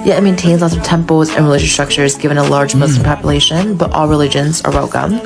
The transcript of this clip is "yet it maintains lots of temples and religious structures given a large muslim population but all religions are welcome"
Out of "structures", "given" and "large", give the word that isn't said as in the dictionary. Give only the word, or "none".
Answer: none